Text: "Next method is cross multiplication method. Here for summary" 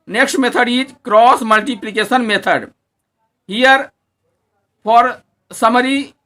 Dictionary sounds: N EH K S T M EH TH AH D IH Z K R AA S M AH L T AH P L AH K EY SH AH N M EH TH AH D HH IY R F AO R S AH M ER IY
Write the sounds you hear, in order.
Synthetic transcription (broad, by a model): N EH K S T M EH T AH D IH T K R AA S M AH L T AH P L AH K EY S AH N M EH T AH D HH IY R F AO R S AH M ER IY